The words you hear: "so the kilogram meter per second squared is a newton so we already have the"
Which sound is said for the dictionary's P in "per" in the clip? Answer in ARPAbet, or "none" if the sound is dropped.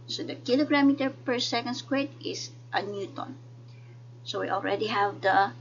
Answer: P